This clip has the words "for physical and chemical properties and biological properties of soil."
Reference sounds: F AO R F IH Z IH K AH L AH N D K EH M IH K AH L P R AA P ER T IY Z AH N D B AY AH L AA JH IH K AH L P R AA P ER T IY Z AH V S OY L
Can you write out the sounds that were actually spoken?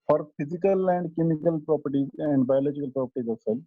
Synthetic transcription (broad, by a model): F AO R P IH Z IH K AH L AH N D K EH M IH K AH L P R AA P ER T IY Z AH N D B AY AH L AA JH IH K AH L P R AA P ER T IY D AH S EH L